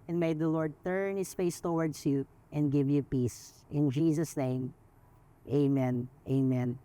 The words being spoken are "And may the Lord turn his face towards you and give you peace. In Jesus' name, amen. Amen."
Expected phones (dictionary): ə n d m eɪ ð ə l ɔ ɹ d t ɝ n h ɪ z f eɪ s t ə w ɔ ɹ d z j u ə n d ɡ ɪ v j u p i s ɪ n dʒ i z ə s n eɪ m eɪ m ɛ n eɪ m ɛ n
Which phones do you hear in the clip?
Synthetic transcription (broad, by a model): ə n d m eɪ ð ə l ɔ ɹ d t ɝ n h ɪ s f eɪ s t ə w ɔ ɹ d s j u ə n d ɡ ɪ v j u p i s ɪ n dʒ i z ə s n eɪ m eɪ m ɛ n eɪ m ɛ n